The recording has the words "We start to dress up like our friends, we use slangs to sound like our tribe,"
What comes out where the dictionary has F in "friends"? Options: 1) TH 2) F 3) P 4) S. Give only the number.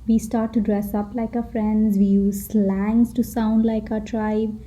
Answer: 2